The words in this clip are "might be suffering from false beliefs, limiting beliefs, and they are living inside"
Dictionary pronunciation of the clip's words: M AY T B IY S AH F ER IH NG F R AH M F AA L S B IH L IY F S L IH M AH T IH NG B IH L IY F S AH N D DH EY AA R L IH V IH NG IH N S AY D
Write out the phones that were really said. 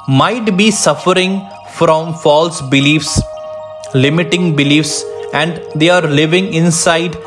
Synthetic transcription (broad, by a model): M AY T B IY S AH F ER IH NG F R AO M F AA L S B IH L IY F S L IH M AH T IH NG B IH L IY F S AH N D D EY AA R L IH V IH NG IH N S AY D